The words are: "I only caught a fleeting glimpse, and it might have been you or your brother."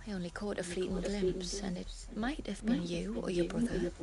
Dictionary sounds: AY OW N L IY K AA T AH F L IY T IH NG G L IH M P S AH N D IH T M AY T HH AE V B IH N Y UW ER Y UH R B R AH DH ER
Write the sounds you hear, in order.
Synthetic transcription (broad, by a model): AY OW N L IY K AA T AH F L IY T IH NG G L IH M P S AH N IH T M AY T HH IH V B IH N Y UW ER Y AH R B R AH DH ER